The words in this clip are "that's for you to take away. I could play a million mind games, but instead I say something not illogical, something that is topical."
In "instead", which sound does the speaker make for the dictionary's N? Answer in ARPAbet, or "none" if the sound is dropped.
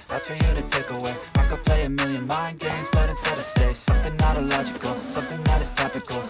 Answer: none